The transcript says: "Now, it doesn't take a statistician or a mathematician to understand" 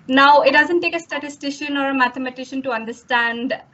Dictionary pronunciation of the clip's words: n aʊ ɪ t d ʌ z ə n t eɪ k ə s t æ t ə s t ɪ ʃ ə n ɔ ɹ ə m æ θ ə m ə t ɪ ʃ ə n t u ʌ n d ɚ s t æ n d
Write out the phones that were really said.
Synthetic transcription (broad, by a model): n aʊ ɪ t d ʌ z ə n t eɪ k ə s t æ t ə s t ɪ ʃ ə n ɔ ɹ ə m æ t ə m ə t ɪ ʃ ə n t u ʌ n d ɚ s t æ n d